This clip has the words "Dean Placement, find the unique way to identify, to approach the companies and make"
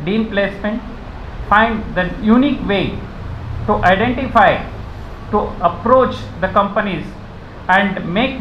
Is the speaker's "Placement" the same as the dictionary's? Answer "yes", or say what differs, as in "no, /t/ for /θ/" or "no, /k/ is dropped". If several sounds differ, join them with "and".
yes